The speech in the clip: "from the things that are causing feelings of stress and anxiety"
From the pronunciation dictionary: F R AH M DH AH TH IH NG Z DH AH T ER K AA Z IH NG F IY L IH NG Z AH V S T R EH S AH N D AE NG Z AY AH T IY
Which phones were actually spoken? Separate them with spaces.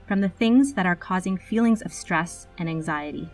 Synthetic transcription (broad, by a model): F R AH M DH AH TH IH NG Z DH AH T ER K AA Z IH NG F IY L IH NG Z AH V S T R EH S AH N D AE NG Z AY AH T IY